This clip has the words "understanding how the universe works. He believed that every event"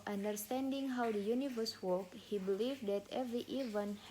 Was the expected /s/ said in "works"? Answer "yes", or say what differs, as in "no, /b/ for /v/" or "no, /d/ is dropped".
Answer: no, /s/ is dropped